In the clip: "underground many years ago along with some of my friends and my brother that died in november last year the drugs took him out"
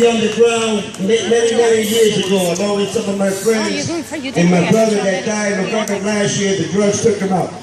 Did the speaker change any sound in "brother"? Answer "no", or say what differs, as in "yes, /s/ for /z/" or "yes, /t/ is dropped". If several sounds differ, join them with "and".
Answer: no